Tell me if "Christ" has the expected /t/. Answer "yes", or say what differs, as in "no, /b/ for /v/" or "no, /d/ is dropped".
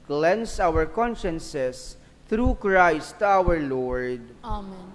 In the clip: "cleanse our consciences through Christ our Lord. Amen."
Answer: yes